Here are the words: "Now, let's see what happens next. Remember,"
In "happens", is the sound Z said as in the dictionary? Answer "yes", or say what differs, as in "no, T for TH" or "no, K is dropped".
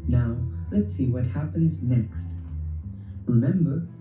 yes